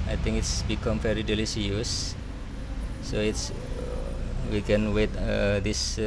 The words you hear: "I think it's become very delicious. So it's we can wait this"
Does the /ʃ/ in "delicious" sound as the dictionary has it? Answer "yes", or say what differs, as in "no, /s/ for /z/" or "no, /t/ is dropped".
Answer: no, /s/ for /ʃ/